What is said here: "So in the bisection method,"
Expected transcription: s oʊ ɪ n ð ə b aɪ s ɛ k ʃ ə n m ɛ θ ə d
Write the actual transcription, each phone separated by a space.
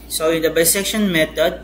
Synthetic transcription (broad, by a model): s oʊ ɪ n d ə b aɪ s ɛ k ʃ ə n m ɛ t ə d